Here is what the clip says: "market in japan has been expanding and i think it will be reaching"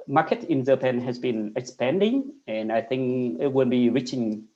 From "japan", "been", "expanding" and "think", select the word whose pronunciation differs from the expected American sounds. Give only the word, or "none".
japan